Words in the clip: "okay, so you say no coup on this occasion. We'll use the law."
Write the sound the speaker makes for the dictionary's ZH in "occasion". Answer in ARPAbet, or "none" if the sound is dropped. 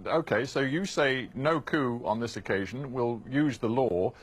ZH